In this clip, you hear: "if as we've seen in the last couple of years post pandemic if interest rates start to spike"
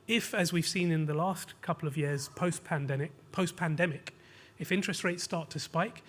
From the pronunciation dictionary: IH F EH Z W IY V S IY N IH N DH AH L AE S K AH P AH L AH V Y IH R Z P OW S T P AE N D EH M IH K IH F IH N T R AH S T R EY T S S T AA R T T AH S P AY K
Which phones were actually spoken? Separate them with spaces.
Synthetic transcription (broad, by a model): IH F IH Z W IY V S IY N IH N DH AH L AE S K AH P L AH V Y IH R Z P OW S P P AE N D EH M IH K IH F IH N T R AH S T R EY T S S T AA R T T AH S P AY K